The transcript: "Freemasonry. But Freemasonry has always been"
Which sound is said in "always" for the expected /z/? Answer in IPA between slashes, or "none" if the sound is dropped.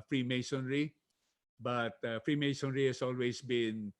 /s/